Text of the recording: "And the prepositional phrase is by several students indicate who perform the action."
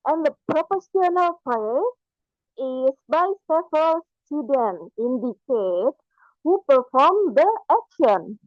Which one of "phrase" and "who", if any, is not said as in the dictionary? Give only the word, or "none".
phrase